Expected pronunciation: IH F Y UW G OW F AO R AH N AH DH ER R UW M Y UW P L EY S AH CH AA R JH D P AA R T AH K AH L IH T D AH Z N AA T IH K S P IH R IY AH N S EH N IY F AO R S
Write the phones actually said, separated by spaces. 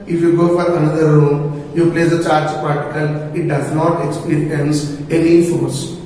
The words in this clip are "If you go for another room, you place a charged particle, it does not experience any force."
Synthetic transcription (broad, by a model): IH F Y UW G OW F AO R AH N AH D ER R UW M Y UW P L EY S AH CH AA R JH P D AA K T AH K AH L IH T D AH Z N AA T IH K S P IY R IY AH N S EH N IY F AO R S